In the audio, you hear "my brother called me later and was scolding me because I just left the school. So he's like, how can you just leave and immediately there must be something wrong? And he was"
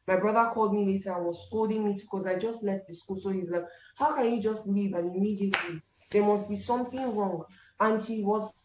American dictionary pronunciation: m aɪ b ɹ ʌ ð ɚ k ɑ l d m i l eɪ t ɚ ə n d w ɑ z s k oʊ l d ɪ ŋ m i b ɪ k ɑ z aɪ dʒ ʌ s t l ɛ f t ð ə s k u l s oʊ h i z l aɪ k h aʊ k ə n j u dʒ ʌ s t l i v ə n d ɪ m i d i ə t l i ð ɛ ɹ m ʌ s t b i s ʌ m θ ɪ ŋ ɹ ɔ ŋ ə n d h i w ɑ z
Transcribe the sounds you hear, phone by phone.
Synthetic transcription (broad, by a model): m aɪ b ɹ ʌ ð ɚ k ɑ l d m i l eɪ t ɚ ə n w ɑ z s k oʊ l d ɪ ŋ m i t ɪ k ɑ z aɪ dʒ ʌ s t l ɛ f t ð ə s k u l s oʊ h i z l aɪ k h aʊ k ə n j u dʒ ʌ s t l i v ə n ɪ m i d i ə t l i ð ɛ ɹ m ʌ s t b i s ʌ m θ ɪ ŋ ɹ ɔ ŋ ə n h i w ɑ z